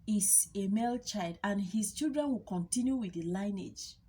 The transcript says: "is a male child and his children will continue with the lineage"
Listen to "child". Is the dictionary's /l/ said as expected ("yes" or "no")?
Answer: yes